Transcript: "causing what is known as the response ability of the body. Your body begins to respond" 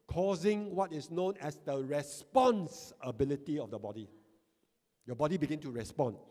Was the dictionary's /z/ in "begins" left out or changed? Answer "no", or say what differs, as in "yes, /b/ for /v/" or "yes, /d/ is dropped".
yes, /z/ is dropped